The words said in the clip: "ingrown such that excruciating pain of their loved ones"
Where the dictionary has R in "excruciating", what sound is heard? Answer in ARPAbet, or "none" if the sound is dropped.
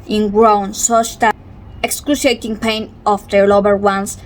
L